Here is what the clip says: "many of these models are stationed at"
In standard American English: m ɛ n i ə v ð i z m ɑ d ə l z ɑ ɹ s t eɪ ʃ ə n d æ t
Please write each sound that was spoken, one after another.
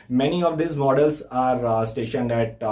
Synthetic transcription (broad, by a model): m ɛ n i ə v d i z m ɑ d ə l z ɑ ɹ s t eɪ ʃ ə n d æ t